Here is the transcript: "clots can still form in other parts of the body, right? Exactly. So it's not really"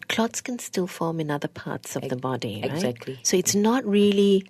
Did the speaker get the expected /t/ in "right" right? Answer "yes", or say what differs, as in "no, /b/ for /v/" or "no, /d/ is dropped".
no, /t/ is dropped